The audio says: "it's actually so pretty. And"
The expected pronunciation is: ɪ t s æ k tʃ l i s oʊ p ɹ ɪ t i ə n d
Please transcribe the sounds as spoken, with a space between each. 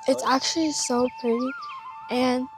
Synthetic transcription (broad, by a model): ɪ t s æ k tʃ l i s oʊ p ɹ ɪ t i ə n